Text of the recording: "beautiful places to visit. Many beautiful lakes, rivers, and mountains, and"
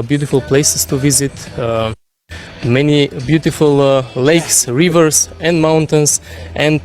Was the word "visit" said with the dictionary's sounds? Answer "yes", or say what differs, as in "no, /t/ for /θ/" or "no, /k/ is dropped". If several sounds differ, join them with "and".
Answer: yes